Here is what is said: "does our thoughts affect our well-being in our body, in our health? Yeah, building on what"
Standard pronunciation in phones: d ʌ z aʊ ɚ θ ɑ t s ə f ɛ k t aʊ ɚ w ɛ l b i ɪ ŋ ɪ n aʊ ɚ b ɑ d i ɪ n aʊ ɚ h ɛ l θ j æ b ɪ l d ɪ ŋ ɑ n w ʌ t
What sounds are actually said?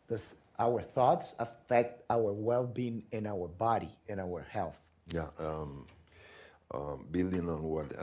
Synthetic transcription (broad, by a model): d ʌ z aʊ ɚ θ ɑ t s ə f ɛ k t aʊ ɚ w ɛ l b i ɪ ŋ ɪ n aʊ ɚ b ɑ d i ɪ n aʊ ɚ h ɛ l θ j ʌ b ɪ l d ɪ ŋ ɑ n w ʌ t